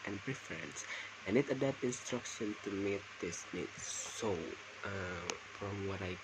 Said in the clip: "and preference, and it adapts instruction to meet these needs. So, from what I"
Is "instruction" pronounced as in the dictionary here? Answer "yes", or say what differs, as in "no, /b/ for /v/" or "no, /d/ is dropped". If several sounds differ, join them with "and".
yes